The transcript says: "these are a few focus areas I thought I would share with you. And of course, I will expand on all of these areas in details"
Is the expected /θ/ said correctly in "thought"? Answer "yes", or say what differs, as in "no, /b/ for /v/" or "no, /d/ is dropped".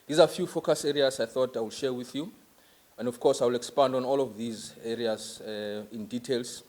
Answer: yes